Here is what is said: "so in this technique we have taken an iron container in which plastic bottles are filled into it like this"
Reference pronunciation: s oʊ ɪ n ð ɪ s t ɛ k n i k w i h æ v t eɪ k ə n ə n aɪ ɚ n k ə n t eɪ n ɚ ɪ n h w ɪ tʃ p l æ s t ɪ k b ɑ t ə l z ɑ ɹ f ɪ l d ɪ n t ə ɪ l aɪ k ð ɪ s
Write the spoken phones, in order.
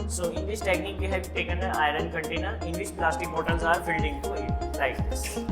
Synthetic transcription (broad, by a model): s oʊ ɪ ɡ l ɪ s t ɛ k n i k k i h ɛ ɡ t eɪ k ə n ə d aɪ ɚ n k ə n t eɪ n ɚ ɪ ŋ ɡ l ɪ ʃ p l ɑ s t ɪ k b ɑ t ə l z ɑ ɹ f ɪ l d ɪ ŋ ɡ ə ɪ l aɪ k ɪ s